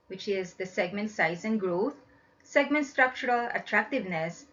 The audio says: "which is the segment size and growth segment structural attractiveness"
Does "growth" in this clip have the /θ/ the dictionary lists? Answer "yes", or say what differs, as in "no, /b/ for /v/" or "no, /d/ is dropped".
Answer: no, /t/ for /θ/